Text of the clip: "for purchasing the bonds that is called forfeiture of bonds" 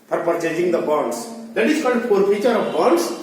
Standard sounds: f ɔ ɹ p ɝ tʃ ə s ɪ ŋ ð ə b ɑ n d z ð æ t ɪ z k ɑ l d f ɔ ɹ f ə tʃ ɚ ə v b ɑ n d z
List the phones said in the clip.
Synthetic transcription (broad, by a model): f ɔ ɹ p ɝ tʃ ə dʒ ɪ ŋ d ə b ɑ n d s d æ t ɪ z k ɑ d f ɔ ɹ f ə tʃ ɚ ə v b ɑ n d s